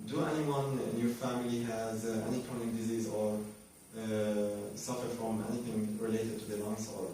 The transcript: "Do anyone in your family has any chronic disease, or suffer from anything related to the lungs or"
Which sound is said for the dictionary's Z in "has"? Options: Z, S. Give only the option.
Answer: Z